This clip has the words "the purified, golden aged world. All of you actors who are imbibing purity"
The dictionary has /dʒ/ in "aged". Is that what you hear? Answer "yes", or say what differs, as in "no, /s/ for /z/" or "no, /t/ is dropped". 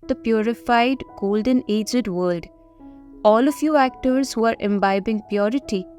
yes